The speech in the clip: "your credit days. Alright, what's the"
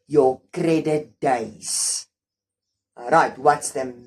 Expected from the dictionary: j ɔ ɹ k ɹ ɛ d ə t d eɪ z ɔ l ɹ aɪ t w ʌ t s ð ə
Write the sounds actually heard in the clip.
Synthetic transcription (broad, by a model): j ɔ k ɹ ɛ d ə t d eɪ ɪ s ɹ aɪ t w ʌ t s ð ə